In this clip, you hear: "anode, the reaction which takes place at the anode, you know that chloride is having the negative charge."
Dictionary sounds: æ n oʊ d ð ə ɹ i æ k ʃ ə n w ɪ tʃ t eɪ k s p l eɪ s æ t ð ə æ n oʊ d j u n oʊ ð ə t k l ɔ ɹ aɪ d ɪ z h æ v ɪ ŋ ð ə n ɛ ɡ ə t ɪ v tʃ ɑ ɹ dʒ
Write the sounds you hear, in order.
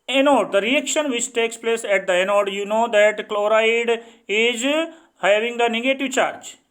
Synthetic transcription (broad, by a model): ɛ n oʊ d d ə ɹ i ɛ k ʃ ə n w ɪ tʃ t eɪ k s p l eɪ s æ t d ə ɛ n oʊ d j u n oʊ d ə t k l ɔ ɹ aɪ d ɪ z h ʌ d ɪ ŋ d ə n ɛ ɡ ə t ɪ v tʃ ɑ ɹ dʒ